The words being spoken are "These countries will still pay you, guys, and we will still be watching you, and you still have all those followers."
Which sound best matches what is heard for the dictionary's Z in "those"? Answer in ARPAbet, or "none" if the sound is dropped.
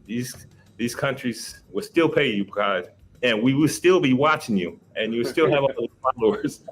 none